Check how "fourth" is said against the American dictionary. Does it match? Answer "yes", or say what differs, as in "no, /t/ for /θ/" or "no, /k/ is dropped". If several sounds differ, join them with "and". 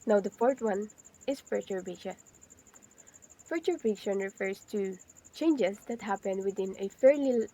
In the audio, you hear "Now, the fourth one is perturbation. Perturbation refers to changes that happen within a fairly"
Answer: no, /t/ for /θ/